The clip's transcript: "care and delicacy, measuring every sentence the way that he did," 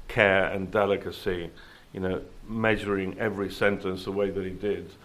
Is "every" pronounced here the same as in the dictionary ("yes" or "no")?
yes